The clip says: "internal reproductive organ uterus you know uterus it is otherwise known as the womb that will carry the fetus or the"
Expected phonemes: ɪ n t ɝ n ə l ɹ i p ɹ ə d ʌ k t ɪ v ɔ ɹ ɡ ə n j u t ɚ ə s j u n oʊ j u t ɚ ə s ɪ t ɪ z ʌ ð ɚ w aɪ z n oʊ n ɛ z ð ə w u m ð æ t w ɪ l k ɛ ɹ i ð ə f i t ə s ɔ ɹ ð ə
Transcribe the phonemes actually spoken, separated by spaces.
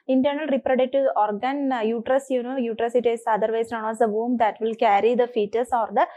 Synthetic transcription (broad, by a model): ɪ n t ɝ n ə l ɹ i p ɹ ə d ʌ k t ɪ ɔ ɹ ɡ ə n j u t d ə s j u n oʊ j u t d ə s ɪ t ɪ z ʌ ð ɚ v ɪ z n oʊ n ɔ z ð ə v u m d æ t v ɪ l k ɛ ɹ i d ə f i t ə s ɔ ɹ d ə